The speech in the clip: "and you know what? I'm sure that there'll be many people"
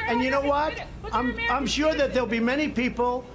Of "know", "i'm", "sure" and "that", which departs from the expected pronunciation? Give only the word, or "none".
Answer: none